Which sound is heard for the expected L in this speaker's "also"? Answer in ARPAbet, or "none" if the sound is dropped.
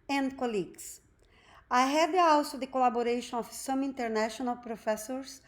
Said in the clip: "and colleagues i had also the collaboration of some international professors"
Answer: W